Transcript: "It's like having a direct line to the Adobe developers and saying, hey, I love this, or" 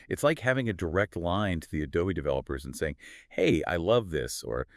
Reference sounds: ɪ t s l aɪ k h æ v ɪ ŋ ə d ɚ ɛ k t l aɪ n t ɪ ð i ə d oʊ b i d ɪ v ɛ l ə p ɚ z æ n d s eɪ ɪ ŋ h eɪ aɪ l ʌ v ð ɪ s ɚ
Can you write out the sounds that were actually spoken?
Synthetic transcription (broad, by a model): ɪ t s l aɪ k h æ v ɪ ŋ ə d ɚ ɛ k t l aɪ n t ɪ ð i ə d oʊ i d ɪ v ɛ l ə p ɚ z n s eɪ ɪ ŋ h eɪ aɪ l ʌ v ð ɪ s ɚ